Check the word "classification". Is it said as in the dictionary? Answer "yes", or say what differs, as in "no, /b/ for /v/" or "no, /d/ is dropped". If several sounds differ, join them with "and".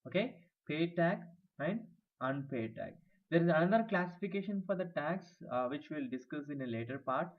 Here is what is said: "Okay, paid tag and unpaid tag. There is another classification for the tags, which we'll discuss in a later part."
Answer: yes